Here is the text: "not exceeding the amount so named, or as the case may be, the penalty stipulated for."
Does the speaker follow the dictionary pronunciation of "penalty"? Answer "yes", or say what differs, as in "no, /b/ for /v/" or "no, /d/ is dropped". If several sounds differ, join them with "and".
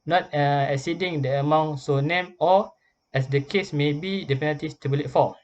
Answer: no, /l/ is dropped